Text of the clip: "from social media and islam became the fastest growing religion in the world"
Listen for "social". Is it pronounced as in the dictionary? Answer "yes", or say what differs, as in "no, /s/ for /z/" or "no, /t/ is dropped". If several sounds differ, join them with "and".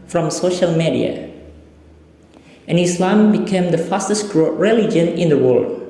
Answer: yes